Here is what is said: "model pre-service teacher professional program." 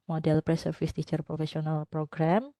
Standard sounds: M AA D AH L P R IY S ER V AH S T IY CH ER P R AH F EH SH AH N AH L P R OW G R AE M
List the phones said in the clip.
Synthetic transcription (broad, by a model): M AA D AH L P R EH S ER F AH S T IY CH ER P R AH F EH S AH N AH L P R OW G R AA M